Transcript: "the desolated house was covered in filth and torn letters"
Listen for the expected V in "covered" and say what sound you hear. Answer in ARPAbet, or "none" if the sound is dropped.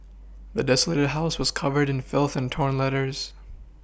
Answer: V